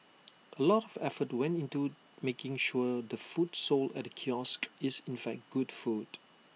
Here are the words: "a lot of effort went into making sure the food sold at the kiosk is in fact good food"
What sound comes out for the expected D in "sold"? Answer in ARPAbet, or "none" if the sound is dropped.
none